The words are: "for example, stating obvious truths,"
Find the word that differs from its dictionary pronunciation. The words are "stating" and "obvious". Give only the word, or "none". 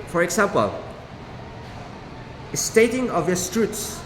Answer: obvious